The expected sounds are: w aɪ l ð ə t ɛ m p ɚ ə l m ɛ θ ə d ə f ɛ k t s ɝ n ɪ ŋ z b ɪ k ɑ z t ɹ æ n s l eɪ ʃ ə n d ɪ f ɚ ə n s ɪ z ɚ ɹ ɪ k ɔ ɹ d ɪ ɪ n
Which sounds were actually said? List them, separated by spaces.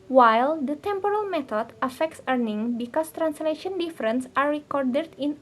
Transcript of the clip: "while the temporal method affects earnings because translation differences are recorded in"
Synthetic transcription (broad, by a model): w aɪ l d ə t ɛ m p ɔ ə l m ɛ t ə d ə f ɛ k t s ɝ n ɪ ŋ b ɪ k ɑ s t ɹ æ n s l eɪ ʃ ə n d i f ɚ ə n s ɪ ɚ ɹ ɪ k ɔ ɹ d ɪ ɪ n